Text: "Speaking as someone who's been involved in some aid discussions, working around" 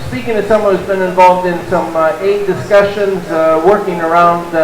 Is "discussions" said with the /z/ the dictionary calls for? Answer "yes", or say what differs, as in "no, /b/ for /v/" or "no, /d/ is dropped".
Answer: yes